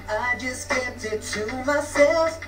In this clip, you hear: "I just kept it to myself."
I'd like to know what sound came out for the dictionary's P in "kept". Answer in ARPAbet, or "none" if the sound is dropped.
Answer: none